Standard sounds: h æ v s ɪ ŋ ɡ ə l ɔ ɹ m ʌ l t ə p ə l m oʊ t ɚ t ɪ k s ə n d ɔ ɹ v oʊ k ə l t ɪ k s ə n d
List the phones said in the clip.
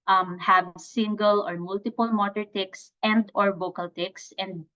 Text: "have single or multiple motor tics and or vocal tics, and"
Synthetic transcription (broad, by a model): h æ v s ɪ ŋ ɡ ə l ɔ ɹ m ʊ l t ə p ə l m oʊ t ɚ t ɪ k s ə n d ɔ ɹ b oʊ k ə l t ɪ k s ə n d